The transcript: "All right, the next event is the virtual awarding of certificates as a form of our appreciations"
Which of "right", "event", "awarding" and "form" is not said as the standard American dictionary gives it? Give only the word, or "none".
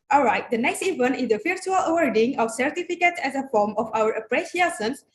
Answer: event